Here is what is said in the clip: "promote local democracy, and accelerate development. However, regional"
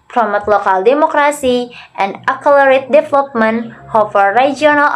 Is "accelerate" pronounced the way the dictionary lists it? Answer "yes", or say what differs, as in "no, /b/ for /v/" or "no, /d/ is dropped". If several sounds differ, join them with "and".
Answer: no, /s/ is dropped